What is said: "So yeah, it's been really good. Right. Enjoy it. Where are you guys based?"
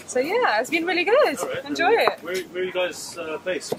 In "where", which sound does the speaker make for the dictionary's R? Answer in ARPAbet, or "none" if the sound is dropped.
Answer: W